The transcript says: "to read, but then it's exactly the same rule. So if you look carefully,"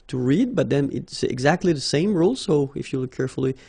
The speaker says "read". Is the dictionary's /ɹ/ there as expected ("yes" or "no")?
yes